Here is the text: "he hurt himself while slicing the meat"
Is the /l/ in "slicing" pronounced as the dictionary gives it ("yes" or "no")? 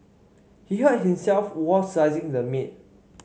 no